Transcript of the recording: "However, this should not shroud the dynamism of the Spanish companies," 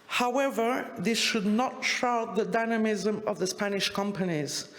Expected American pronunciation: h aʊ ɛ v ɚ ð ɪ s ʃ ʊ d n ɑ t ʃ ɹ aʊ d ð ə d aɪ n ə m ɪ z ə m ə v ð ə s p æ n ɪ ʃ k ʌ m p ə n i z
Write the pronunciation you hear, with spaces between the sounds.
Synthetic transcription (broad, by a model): h aʊ ɛ v ɚ ð ɪ s ʃ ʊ d n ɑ t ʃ aʊ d ð ə d aɪ n ə m ɪ z ə m ə v ð ə s p æ n ɪ ʃ k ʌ m p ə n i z